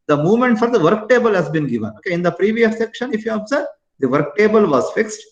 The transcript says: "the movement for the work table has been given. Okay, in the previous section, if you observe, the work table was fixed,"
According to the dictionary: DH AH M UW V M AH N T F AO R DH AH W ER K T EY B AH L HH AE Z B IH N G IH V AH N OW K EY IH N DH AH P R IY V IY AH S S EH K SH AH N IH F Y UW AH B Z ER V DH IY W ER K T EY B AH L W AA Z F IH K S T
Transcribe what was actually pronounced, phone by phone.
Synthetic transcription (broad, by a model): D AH M UW V M AH N T F AO R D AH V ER K T EY B AH L HH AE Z B IH N G IH V AH N OW K EY IH N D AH P R IY V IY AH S S EH K SH AH N IH F Y UW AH B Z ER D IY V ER K T EY B AH L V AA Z F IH K S T